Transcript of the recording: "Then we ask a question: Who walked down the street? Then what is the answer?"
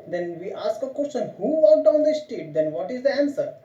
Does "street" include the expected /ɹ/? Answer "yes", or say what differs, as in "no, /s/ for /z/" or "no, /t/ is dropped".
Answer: no, /ɹ/ is dropped